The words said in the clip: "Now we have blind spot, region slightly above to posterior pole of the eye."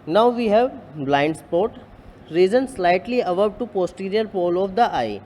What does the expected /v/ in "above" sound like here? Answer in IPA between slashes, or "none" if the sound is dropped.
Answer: /b/